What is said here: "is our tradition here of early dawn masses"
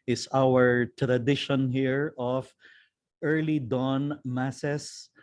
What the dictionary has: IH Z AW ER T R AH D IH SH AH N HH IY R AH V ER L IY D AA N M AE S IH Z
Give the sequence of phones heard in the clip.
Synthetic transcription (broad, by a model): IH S AW ER T R AH D IH SH AH N HH IY R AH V ER L IY D AA N M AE S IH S